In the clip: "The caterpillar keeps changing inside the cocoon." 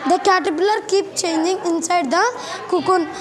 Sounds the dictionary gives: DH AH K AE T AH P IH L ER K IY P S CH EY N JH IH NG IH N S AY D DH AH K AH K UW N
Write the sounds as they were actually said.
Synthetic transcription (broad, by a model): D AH K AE T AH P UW L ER K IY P CH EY N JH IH NG IH N S AY D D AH K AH K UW N